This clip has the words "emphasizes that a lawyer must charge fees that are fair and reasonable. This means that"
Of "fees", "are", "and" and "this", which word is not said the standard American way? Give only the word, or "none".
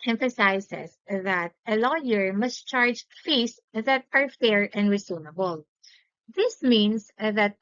fees